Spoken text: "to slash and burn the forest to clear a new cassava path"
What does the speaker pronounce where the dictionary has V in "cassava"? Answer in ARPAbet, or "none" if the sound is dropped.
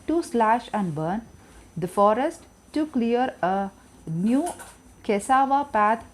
V